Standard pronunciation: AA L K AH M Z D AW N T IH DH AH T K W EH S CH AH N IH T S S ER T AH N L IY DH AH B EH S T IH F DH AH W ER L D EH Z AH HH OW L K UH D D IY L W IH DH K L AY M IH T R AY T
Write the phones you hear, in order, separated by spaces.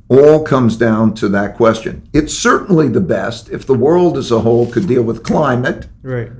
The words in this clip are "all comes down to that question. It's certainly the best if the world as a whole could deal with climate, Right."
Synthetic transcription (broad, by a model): AA L K AH M Z D AW N T IH DH AH T K W EH S CH AH N IH T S S ER T N L IY DH AH B EH S T IH F DH AH W ER L D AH Z AH HH OW L K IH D D IY L W IH DH K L AY M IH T T